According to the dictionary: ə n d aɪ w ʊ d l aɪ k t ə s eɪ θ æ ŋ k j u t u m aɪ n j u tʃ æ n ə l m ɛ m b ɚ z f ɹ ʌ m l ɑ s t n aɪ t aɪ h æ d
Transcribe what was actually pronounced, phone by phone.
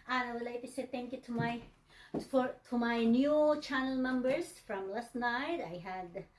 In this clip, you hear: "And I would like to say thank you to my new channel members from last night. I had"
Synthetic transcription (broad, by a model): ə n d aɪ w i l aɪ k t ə s eɪ t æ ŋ k j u t u m aɪ n j u tʃ æ n ə l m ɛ m b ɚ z f ɹ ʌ m l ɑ s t n aɪ t aɪ h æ d